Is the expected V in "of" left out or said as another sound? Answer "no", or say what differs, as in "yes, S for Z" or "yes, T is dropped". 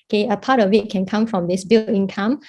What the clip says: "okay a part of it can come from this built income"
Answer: yes, W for V